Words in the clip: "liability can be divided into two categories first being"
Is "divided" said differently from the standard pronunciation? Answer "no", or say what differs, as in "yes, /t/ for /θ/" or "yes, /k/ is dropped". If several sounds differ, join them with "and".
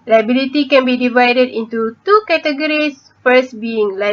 no